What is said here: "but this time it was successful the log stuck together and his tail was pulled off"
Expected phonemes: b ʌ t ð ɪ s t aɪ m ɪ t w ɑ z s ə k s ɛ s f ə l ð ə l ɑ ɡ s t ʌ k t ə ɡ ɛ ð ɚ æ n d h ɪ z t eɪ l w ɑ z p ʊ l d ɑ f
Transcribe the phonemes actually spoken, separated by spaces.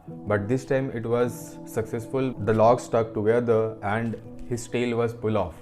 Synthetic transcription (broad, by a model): b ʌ t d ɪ s t aɪ m ɪ t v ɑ z s ə k s ɛ s f ə l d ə l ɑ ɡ s t ʌ k t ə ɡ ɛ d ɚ æ n d h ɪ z t eɪ l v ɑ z f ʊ l ɑ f